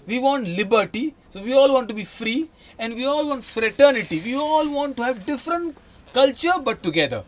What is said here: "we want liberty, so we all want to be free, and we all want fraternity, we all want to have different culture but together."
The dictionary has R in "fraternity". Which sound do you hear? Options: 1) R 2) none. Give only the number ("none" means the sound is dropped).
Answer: 1